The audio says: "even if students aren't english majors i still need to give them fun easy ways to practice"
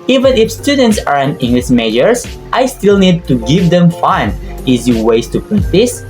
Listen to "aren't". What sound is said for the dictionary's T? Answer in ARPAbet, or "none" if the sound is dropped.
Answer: none